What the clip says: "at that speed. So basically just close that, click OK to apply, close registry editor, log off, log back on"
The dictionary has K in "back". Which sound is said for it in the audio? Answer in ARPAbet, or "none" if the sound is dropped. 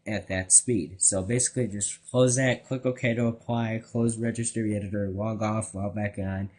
K